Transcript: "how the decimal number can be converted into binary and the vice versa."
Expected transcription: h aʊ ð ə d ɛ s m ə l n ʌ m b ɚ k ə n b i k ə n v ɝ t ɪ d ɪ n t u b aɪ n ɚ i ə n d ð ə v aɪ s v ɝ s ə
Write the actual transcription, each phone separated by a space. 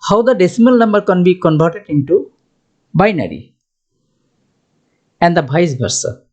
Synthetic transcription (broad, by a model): h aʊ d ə d ɛ s m ə l n ʌ m b ɚ k ə n b i k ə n b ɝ t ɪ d ɪ n t u b aɪ n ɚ i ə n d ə b aɪ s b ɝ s